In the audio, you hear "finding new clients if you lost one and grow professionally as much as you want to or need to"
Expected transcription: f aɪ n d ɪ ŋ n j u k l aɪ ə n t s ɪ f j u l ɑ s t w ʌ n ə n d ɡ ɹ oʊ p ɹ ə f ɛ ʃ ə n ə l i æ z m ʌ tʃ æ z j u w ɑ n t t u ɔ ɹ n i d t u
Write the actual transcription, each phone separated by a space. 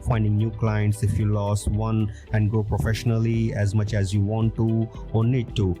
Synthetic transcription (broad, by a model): f aɪ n d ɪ ŋ n j u k l aɪ ə n t s ɪ f j u l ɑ s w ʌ n ə n d ɡ oʊ p ɹ ə f ɛ ʃ ə n ə l i æ z m ʌ tʃ æ z j u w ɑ n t t u ɔ ɹ n i d t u